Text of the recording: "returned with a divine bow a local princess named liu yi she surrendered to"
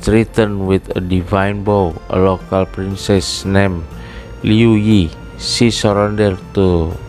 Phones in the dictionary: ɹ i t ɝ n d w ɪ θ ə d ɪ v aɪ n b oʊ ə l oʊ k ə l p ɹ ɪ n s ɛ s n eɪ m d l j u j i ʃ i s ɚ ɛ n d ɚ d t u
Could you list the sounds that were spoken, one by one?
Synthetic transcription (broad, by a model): ɹ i t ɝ n w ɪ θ ə d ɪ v aɪ n b oʊ ə l oʊ k ə l p ɹ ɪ n s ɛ s n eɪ m l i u j i s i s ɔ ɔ n d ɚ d t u